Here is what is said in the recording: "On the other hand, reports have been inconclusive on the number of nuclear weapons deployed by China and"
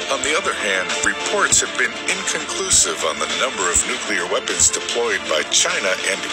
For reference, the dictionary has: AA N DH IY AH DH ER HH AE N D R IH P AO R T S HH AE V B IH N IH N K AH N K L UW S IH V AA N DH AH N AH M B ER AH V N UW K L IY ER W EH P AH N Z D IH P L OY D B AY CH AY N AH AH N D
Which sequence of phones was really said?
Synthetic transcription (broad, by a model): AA N DH IY AH DH ER HH AE N D R IH P AO R T S HH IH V B IH N IH N K AH N K L UW S IH V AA N DH AH N AH M B ER AH V N UW K L IY ER W EH P AH N Z D IH P L OY D B AY CH AY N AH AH N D